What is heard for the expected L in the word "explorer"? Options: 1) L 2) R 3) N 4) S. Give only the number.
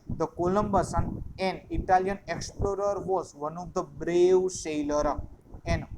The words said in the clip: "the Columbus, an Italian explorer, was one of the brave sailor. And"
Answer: 1